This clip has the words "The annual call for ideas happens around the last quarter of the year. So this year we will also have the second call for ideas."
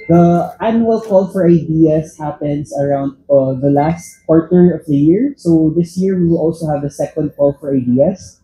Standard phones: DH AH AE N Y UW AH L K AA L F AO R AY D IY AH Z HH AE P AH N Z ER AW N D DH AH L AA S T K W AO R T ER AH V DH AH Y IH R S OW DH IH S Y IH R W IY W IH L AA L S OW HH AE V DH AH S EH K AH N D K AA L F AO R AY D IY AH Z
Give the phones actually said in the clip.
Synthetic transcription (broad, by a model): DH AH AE N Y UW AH L K AA L F AO R AY D IY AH S HH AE P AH N S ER AW N D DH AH L AA S T K W AO R T ER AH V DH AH Y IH R S OW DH IH S Y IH R W IY W IH L AA L S OW HH AE V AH S EH K AH N D K AA L F AO R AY D IY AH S